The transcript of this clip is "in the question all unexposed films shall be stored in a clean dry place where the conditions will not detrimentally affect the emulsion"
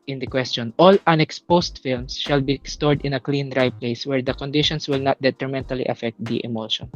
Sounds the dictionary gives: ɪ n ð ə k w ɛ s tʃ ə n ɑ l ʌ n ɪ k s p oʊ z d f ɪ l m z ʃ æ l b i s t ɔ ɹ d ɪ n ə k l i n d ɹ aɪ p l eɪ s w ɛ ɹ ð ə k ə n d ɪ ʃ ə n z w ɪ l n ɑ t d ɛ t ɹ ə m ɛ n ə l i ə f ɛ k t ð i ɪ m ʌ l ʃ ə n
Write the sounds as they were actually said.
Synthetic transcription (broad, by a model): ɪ n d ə k w ɛ s tʃ ə n ɑ l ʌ n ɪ k s p oʊ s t f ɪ l m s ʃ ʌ l b i s t ɔ ɹ d ɪ n ə k l i n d ɹ aɪ p l eɪ s w ɛ ɹ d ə k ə n d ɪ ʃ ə n s w ɪ l n ɑ t d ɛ t ɹ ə m ɛ n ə l i ə f ɛ k t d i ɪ m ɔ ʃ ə n